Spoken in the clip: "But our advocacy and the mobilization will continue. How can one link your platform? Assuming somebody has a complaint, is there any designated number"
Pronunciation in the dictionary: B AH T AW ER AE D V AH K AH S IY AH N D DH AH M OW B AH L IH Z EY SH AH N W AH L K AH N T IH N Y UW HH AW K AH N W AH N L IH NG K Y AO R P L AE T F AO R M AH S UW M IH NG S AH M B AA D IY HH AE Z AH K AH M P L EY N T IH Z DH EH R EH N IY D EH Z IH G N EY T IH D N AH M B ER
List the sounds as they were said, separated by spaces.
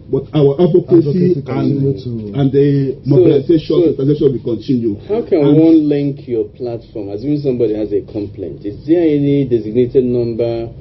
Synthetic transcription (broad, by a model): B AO T AW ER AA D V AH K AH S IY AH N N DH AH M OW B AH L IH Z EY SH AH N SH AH W K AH N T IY N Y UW HH AW K AH N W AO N L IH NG K Y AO P L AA T F AO M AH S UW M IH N S AH M B AA D IY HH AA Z AH K AH M P L EY N T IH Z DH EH EH N IY D EH Z IH G N EY T IH D N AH M B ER